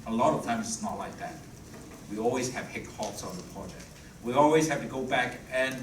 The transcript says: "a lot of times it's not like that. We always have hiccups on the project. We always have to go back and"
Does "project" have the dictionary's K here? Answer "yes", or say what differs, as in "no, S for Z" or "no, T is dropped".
yes